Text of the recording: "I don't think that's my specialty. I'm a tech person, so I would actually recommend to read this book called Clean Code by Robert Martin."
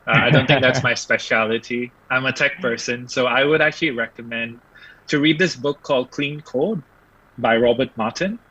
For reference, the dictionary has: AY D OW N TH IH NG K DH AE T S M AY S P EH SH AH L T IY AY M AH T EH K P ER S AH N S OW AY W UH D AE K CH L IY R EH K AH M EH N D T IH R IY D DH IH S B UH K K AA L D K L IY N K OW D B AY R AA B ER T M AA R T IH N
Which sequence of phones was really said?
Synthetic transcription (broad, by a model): AY D OW N TH IH NG K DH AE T S M AY S P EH SH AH L T IY AY M AH T EH K P ER S AH N S OW AY W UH D AE K CH L IY R EH K AH M EH N D T IH R IY D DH IH S B UH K K AA L D K L IY N K OW D B AY R AA B ER T M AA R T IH N